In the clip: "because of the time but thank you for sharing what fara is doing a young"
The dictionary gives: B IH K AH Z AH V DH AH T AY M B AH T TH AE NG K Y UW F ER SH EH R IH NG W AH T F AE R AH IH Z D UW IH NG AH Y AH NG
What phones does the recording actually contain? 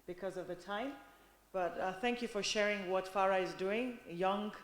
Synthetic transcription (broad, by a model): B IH K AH Z AH V DH AH T AY M B AH T TH AE NG K Y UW F ER SH EH R IH NG W AH T F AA R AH IH Z D UW IH NG Y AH NG